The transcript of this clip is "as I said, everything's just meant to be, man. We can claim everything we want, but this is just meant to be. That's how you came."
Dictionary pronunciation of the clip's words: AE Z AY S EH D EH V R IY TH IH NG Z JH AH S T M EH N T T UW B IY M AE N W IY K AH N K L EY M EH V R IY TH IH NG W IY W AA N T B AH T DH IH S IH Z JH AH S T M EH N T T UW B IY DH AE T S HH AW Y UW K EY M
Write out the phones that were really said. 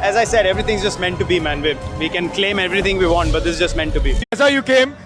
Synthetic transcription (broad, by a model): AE Z AY S EH D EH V R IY T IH NG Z JH AH S T M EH N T T UW B IY M AE N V IY K AH N K L EY M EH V R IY T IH NG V IY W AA N T B AH T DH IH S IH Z JH AH S T M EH N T T UW B IY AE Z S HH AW Y UW K EY M